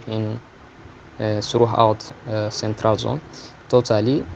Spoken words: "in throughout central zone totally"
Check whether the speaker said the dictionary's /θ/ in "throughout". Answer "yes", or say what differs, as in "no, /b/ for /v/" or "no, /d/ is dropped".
no, /s/ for /θ/